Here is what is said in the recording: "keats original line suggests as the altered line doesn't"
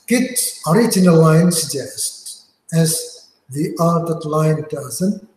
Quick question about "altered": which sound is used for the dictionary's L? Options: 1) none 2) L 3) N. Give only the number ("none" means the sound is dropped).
1